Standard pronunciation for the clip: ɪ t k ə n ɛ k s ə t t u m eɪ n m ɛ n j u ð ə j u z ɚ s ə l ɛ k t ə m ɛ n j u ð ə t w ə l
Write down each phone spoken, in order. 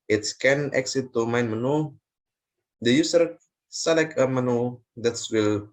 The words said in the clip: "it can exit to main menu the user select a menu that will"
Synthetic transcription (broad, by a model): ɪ t k ə n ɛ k s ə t t u m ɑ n m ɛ n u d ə j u s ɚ s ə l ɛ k ə m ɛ n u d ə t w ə l